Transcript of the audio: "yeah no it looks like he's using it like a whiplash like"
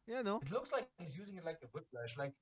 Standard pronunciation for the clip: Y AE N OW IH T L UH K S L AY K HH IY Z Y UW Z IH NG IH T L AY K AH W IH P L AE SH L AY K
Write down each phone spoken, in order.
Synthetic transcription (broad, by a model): Y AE N OW IH T L UH K S L AY K HH IY Z Y UW Z IH NG IH T L AY K AH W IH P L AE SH L AY K